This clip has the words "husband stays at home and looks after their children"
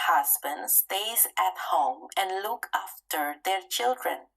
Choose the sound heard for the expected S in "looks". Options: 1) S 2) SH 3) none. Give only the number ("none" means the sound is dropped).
3